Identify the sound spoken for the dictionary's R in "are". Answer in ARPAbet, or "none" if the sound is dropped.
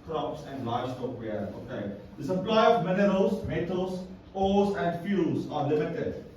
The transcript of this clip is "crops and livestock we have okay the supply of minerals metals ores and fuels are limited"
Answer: R